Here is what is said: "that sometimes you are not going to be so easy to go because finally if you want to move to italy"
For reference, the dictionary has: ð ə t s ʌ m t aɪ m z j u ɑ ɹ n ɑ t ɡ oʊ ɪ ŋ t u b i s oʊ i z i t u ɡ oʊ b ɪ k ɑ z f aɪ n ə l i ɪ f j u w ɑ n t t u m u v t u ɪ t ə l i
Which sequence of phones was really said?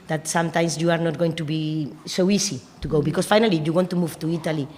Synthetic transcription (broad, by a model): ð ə t s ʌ m t aɪ m s j u ɑ ɹ n ɑ t ɡ oʊ ɪ ŋ t u b i s oʊ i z i t u ɡ oʊ b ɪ k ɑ s f aɪ n ə l i j u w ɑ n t t u m u v t u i t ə l i